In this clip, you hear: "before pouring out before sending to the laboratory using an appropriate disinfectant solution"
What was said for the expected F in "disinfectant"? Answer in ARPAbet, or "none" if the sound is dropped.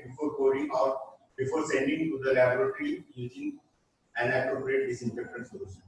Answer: P